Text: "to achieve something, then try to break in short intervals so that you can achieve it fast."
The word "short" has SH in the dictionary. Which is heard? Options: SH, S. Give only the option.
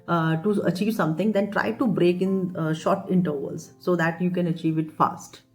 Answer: SH